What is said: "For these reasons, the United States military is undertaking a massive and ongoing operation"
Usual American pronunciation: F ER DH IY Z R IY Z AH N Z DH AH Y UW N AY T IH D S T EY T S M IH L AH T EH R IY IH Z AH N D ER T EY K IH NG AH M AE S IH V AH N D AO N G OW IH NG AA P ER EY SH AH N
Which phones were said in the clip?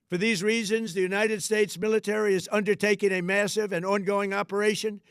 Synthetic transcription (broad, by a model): F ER DH IY Z R IY Z AH N Z DH AH Y UW N AY T IH D S T EY T S M IH L AH T EH R IY IH Z AH N D ER T EY K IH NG AH M AE S IH V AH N AO N G OW IH NG AA P ER EY SH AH N